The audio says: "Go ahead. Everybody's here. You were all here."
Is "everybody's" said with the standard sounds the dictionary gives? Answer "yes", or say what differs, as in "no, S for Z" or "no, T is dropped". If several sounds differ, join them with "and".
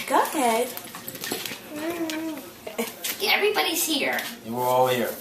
yes